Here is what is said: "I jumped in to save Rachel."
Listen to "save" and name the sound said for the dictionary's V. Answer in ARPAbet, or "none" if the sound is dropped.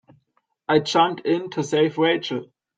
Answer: F